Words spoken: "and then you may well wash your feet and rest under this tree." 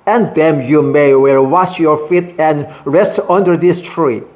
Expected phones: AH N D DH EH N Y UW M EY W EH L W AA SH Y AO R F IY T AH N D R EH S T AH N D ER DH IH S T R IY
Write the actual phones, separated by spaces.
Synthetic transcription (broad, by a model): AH N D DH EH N Y UW M EY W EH L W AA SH Y AO R F IY T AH N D R EH S T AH N D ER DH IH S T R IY